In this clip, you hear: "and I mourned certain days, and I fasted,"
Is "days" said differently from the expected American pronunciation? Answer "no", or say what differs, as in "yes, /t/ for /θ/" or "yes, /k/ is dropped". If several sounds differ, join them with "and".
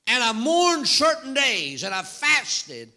no